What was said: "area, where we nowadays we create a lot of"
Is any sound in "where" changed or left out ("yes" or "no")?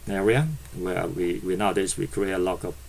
yes